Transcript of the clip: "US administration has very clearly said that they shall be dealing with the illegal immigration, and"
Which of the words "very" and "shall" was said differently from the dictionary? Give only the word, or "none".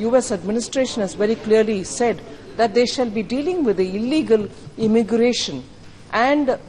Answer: none